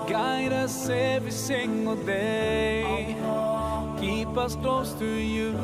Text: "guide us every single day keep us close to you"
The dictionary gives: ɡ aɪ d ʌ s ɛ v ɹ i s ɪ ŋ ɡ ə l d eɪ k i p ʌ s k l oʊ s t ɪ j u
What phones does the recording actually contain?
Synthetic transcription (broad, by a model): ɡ aɪ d ʌ s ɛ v i s ɪ ŋ ɡ ə l d eɪ k i p ʌ s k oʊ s t ɪ j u